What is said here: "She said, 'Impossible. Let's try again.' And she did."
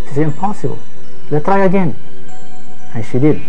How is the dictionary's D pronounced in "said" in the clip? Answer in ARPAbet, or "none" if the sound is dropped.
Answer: none